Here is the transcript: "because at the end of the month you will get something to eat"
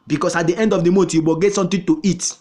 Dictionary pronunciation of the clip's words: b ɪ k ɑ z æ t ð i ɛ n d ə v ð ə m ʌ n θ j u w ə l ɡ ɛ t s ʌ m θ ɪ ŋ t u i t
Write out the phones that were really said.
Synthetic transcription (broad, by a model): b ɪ k ɑ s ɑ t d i ɛ n d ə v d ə m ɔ n t j u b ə ɡ ɛ t s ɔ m t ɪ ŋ t u i t